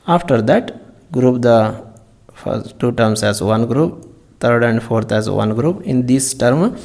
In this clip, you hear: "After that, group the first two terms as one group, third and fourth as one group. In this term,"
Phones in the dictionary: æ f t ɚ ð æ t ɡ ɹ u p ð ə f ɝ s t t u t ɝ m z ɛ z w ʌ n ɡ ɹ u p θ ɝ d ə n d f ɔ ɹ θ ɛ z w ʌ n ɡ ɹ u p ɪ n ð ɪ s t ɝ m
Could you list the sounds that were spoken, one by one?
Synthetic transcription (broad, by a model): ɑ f t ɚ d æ t ɡ ɹ u p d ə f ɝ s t t u t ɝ m s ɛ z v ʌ n ɡ ɹ u p t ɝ d ə n d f ɔ ɹ t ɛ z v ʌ n ɡ ɹ u p ɪ n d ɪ s t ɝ m